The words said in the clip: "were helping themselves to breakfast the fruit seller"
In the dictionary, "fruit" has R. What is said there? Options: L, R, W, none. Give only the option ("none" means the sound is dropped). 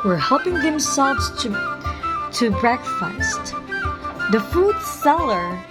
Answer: none